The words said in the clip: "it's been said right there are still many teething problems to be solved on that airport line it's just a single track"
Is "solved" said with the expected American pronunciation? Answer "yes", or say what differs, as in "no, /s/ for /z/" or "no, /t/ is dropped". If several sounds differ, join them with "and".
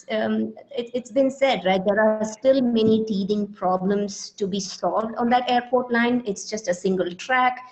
yes